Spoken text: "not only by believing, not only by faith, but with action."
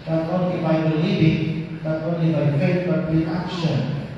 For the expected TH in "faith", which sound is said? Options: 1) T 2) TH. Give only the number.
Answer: 1